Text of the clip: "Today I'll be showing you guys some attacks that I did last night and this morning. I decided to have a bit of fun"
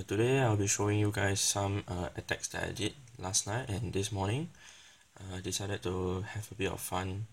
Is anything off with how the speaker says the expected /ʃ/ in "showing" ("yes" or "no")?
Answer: no